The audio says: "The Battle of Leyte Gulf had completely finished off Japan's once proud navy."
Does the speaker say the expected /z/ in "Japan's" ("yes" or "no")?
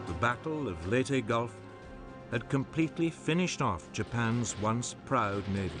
yes